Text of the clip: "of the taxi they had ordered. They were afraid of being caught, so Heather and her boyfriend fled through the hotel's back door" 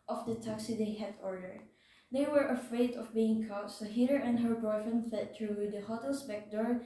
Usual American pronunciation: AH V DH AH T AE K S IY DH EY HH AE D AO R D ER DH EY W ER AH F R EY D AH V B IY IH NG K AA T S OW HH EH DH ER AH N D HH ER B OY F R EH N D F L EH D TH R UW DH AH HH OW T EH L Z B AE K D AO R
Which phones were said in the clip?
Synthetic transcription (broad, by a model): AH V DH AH T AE K S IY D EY HH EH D AO R D ER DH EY W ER AH F R EY D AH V B IY IH NG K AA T S OW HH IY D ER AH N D HH ER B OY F EH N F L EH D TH R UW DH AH HH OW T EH L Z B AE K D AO R